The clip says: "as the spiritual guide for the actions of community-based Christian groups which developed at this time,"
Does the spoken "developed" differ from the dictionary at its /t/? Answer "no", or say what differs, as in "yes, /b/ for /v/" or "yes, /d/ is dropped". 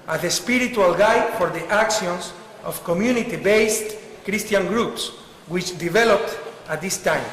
no